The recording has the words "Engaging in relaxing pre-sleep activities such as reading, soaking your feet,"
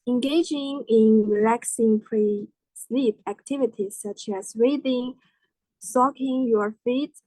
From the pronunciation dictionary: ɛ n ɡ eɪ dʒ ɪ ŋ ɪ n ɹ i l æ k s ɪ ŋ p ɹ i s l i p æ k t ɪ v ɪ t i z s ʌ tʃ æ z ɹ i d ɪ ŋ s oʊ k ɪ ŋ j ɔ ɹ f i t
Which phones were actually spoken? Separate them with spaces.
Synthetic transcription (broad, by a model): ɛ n ɡ eɪ dʒ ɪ ŋ ɪ n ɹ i l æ k s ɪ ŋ p ɹ i s l i p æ k t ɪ v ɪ t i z s ʌ tʃ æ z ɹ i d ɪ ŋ s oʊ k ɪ ŋ j ɔ ɹ f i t